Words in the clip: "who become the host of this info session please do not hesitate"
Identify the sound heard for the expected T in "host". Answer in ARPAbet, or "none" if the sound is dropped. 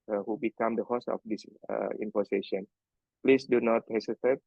none